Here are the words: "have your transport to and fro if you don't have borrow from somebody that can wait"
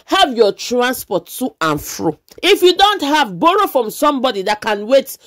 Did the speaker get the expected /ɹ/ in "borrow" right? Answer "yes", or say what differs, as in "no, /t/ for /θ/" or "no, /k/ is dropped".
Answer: yes